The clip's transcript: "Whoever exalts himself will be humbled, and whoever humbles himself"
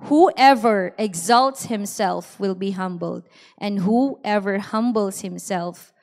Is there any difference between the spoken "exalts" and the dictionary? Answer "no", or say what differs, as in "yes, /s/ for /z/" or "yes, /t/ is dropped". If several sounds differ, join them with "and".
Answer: no